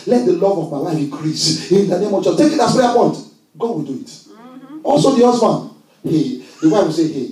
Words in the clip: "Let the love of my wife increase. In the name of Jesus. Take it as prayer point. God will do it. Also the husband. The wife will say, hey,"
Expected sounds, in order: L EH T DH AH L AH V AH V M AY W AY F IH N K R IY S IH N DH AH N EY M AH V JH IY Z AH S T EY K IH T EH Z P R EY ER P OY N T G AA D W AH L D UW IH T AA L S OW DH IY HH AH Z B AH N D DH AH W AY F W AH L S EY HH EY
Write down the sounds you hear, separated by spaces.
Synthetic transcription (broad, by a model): L EH T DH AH L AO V AH V M AY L AY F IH K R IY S IH N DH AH N EY M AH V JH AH T EY K IH T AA S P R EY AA P OY N T G AA D W AH L D UW IH T AA L S OW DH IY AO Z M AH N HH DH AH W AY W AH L S EY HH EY